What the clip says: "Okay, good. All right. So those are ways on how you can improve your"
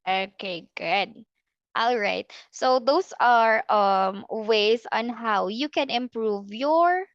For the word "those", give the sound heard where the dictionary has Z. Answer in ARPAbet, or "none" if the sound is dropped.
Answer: S